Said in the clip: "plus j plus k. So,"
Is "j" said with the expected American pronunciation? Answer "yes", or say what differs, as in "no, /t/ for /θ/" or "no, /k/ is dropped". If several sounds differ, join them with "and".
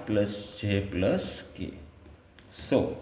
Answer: no, /tʃ/ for /dʒ/